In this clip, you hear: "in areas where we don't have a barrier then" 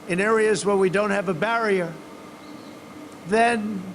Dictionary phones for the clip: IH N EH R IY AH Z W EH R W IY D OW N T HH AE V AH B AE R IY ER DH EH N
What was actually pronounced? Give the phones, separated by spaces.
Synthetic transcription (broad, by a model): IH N EH R IY AH Z W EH R W IY D OW N T HH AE V AH B AE R IY ER DH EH N